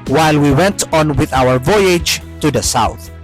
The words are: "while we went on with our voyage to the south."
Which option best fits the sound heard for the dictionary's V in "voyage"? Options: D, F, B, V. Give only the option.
V